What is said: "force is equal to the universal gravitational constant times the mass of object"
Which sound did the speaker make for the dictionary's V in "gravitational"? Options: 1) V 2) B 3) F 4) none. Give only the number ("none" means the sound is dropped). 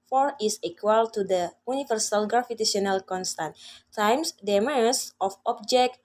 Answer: 3